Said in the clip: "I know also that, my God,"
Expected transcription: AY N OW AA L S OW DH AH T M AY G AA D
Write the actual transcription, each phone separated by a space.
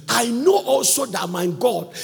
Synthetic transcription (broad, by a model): AY N OW AA L S OW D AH T M AY G AA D